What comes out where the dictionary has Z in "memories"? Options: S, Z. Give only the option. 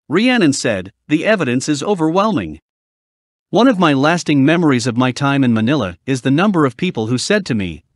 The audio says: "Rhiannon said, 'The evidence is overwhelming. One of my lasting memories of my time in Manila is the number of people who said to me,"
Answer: Z